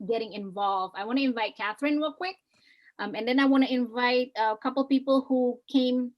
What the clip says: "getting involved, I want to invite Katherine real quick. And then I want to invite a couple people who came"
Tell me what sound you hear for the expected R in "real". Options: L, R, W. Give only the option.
W